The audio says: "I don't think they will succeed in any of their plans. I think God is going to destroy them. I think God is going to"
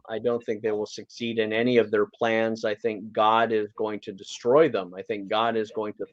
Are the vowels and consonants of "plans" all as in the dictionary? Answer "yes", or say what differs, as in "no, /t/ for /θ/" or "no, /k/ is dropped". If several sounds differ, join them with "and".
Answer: yes